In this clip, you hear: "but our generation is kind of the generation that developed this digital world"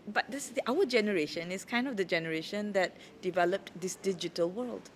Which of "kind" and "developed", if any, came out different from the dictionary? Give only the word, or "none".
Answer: none